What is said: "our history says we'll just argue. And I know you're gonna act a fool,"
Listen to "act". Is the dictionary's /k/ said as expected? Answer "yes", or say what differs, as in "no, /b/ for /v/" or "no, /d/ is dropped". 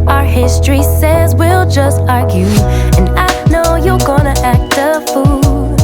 yes